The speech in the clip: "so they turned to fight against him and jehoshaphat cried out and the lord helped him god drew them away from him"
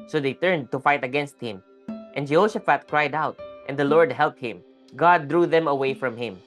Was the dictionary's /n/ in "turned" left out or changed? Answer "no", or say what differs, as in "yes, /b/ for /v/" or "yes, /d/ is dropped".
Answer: no